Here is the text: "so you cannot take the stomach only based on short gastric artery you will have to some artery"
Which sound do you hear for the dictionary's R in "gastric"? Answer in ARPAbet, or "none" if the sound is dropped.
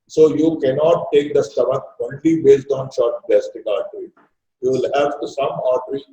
none